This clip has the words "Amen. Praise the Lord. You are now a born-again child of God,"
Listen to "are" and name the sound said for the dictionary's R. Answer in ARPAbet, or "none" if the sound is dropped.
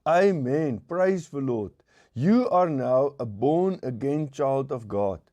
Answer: R